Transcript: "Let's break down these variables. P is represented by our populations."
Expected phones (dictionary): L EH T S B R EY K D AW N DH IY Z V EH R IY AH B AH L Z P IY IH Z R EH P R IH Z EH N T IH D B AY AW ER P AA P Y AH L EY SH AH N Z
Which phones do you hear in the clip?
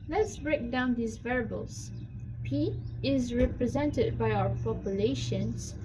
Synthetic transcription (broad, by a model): L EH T S B R EY K D AW N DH IY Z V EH R B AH L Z P IY IH Z R EH P R IH Z EH N T IH D B AY AW ER P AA P Y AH L EY SH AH N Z